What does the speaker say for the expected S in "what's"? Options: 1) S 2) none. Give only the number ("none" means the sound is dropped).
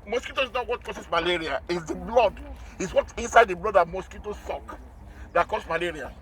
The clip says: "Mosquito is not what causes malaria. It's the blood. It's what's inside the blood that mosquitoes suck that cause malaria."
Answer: 2